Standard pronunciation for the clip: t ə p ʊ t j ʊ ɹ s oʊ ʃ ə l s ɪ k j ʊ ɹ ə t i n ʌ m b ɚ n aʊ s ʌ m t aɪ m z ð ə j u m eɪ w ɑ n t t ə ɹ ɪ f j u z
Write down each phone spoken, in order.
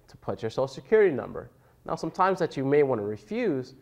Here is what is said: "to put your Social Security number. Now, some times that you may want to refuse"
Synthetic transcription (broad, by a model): t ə p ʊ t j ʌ ɹ s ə l s ɪ k j ʊ ɹ ə t i n ʌ m b ɚ n aʊ s ʌ m t aɪ m z ð ə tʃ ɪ m eɪ w ɑ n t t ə ɹ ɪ f j u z